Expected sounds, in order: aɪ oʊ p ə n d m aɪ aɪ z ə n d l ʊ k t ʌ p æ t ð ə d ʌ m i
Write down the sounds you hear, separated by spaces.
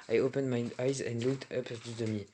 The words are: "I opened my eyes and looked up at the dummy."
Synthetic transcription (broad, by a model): aɪ oʊ p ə n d m aɪ aɪ z ə n d l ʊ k t ʌ p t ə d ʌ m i